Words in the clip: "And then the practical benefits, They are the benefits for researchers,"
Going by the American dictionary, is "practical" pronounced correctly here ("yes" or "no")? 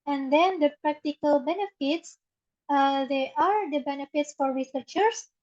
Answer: yes